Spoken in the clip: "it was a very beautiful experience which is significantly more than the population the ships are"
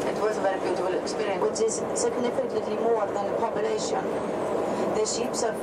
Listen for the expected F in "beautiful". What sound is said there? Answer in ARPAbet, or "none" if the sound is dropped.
none